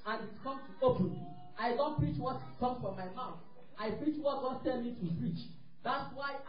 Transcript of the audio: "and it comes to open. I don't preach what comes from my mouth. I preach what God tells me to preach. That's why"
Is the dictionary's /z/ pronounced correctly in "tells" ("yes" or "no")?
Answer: no